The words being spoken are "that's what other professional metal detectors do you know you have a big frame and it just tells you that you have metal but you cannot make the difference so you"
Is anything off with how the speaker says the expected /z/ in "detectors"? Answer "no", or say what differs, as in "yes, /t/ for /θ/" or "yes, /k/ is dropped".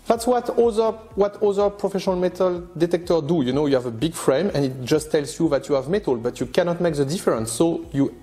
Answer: yes, /z/ is dropped